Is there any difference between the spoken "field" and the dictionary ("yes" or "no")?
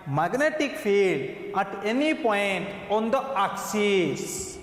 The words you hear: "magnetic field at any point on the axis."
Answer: no